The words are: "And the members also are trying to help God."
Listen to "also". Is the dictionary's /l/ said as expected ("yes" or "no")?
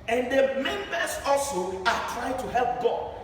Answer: yes